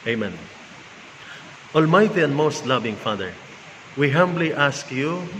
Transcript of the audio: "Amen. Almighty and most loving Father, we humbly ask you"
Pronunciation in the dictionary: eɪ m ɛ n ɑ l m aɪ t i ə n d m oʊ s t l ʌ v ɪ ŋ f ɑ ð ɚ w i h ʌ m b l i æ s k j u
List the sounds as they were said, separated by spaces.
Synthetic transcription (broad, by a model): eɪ m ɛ n ɑ l m aɪ t i ə n d m oʊ s t l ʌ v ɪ ŋ f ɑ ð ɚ w i h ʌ m b l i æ s k j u